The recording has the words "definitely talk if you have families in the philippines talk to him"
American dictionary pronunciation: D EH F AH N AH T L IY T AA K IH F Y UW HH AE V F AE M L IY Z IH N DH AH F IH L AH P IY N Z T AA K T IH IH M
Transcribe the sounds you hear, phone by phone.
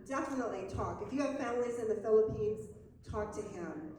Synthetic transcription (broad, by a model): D EH F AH N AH T L IY T AA K IH F Y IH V F AE M L IY Z IH N DH AH F IH L AH P IY N Z T AA K T IH IH M